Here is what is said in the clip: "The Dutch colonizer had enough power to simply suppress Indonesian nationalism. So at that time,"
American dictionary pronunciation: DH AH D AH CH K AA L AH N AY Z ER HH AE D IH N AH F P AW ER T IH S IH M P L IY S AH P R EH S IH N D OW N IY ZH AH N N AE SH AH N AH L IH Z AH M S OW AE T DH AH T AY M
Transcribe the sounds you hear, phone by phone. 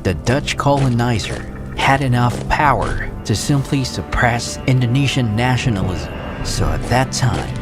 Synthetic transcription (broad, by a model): DH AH D AH CH K AA L AH N AY Z ER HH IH D IH N AH F P AW ER T IH S IH M P L IY S AH P R EH S IH N D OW N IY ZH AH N N AE SH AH N L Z S OW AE T DH AH T AY M